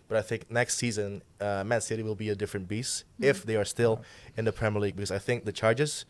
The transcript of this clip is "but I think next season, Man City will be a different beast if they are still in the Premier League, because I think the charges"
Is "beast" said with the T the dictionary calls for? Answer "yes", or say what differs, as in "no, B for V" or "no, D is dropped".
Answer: no, T is dropped